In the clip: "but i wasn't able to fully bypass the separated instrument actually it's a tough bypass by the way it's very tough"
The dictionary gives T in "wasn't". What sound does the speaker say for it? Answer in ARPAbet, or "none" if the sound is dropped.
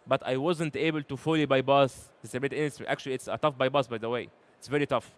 T